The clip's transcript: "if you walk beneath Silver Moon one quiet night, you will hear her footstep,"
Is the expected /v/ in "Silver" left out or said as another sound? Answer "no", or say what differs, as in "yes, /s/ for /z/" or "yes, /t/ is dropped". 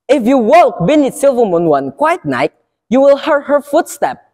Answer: no